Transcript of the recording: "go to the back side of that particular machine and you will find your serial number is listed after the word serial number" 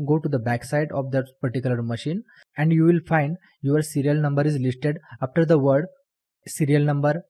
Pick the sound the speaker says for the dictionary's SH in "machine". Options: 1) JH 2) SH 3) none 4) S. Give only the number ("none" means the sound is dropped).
2